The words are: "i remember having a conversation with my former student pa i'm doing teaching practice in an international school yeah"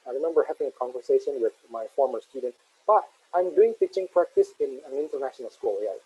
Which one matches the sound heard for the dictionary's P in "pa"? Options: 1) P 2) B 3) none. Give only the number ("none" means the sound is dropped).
2